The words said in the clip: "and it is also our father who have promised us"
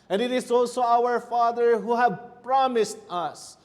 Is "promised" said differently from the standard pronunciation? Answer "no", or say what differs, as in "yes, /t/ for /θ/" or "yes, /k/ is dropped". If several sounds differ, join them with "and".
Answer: no